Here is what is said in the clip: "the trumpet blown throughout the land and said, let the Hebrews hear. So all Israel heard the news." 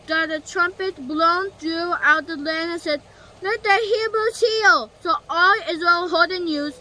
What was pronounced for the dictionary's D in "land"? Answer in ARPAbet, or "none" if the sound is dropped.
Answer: none